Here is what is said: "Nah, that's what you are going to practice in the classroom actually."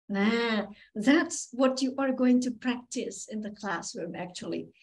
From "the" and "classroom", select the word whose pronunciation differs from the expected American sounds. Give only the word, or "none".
none